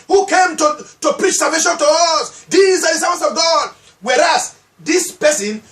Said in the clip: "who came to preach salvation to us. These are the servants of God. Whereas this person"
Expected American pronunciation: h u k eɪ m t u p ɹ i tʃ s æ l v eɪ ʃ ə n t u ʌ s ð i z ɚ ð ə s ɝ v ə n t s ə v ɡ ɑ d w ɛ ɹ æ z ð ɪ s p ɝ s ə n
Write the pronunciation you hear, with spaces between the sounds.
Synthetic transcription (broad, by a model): h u k eɪ m t u p ɹ i tʃ s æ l v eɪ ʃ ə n t u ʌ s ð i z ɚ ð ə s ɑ ə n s ə v ɡ ɑ d w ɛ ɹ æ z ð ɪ s p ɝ s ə n